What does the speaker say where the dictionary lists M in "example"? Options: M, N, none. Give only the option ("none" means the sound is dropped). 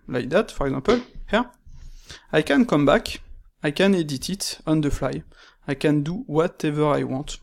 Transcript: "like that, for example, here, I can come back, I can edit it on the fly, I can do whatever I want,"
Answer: none